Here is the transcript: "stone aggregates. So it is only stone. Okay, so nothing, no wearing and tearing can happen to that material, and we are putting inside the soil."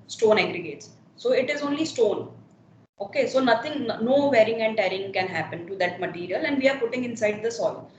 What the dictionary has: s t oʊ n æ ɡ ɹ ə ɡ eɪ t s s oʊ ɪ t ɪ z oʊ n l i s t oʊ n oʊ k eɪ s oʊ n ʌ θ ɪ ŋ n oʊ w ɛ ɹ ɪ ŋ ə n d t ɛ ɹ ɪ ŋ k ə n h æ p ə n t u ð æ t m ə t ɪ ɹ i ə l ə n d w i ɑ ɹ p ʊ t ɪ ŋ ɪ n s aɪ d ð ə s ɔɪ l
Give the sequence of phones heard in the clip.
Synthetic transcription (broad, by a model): s t oʊ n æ ɡ ɹ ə ɡ eɪ t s s oʊ ɪ t ɪ z oʊ n l i s t oʊ n oʊ k eɪ s oʊ n ʌ t ɪ ŋ n oʊ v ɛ ɹ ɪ ŋ ə n d t ɛ ɹ ɪ ŋ k ə n h æ p ə n t u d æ t m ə t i ɹ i ə l ə n d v i ɑ ɹ p ʊ t ɪ ŋ ɪ n s aɪ d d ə s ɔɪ l